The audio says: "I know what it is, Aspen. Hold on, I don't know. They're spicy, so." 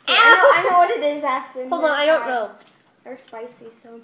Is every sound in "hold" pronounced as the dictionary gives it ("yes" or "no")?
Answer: no